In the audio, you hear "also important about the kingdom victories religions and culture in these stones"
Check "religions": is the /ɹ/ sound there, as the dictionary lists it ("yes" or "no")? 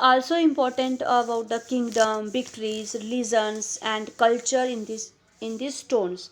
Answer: no